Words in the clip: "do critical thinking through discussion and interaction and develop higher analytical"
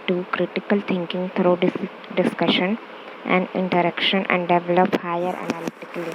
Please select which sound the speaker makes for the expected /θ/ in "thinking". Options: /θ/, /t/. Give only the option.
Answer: /t/